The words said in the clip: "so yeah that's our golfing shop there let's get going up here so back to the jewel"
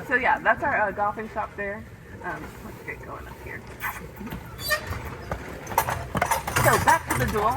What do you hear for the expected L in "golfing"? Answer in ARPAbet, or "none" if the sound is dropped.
none